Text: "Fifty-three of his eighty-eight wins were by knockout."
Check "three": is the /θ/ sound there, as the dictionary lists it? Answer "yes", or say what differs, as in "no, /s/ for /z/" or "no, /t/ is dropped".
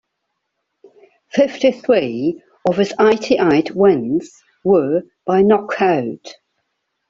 yes